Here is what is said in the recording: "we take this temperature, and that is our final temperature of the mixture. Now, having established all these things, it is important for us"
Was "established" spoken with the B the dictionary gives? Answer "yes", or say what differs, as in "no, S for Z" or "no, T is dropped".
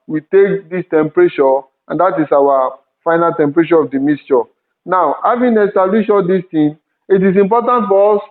no, B is dropped